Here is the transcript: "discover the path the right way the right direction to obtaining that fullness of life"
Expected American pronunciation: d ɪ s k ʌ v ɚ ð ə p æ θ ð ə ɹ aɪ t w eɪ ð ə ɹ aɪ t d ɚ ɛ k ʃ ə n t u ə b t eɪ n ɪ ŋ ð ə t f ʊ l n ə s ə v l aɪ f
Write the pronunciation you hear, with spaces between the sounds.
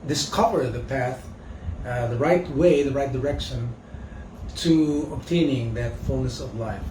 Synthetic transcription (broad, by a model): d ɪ s k ʌ v ɚ ð ə p æ θ ð ə ɹ aɪ t w eɪ ð ə ɹ aɪ t d ɚ ɛ k ʃ ə n t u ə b t eɪ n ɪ ŋ ð ə t f ʊ l n ə s ə v l aɪ f